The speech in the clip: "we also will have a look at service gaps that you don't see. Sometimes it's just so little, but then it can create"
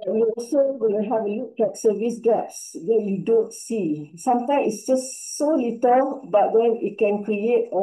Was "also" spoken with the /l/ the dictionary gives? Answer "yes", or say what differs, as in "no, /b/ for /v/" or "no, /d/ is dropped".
no, /l/ is dropped